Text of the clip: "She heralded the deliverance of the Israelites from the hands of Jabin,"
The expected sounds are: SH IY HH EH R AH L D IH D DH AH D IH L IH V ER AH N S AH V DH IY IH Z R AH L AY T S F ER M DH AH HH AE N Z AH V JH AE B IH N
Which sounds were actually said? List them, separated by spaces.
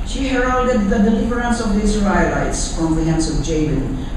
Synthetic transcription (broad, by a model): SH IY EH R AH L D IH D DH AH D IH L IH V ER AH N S AH V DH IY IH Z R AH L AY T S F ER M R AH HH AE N S AH V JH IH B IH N